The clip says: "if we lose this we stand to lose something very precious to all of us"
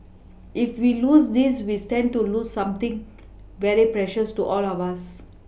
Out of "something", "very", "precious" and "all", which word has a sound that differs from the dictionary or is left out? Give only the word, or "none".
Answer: something